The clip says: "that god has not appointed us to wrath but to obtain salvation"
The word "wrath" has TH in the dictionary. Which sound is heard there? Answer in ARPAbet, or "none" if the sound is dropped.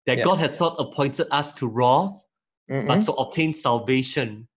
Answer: F